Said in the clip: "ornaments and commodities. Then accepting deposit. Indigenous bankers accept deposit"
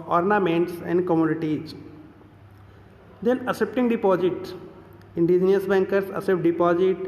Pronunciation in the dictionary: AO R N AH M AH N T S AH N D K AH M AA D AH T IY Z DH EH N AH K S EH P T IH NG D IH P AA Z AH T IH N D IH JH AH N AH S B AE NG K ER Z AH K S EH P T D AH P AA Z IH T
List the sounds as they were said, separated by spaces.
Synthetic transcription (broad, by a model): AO R N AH M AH N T S AH N D K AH M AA D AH T IY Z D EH N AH S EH P T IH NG D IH P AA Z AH T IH N D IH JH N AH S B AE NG K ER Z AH S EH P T D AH P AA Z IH T